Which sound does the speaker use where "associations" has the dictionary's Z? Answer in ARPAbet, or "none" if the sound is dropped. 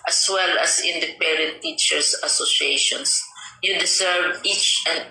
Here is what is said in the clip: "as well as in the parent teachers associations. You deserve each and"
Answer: S